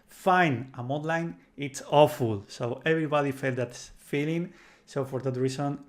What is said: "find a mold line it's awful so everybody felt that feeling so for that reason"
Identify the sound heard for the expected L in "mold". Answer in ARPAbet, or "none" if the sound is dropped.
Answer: none